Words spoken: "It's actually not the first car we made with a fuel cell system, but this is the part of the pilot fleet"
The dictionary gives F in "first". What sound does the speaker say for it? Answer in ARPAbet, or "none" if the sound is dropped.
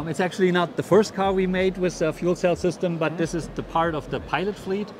F